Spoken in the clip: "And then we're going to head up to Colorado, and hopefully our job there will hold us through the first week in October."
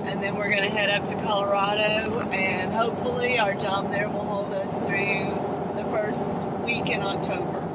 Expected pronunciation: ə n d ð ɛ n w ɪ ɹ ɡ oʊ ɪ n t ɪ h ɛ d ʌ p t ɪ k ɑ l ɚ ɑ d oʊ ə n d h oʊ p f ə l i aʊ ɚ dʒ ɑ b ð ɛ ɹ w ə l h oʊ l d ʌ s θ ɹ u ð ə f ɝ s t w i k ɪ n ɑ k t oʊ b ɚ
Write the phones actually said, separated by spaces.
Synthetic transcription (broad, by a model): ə n ð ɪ n w ɪ ɹ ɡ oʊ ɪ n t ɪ h ɛ d ʌ p t ɪ k ɑ l ɚ ɑ d oʊ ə n h oʊ p f l i aʊ ɚ dʒ ɑ b ð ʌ ɹ w ə l h oʊ l d ʌ s θ ɹ u ð ə f ɝ s t w i k ɪ n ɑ k t oʊ b ɚ